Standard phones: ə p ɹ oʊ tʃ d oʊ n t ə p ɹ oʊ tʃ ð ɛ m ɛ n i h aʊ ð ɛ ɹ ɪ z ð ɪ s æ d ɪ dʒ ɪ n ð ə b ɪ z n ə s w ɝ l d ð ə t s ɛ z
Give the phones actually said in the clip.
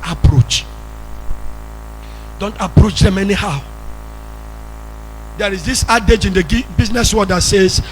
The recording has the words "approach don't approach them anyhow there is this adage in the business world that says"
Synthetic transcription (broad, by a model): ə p ɹ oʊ tʃ d oʊ n t ə p ɹ oʊ tʃ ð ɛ m ɛ n i h aʊ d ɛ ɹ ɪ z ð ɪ s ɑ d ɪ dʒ ɪ n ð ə b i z n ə s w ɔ d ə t s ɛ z